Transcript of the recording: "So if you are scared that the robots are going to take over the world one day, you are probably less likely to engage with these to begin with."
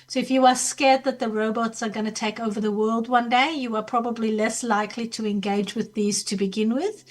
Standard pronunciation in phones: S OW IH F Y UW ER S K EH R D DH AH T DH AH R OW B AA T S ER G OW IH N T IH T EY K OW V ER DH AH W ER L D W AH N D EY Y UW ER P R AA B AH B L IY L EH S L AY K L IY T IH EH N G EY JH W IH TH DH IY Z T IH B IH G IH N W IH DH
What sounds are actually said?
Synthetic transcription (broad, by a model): S OW IH F Y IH ER S K EH R D DH AH T DH AH R OW B AA T S ER G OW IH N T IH T EY K OW V ER DH AH W ER L D W AH N D EY Y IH ER P R AA B AH B L IY L EH S L AY K L IY T IH EH N G EY JH W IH DH IY Z T IH B IH G IH N W IH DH